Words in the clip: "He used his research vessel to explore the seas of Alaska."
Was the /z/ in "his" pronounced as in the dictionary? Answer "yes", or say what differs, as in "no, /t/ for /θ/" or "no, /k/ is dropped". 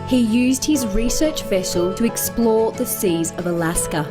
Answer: yes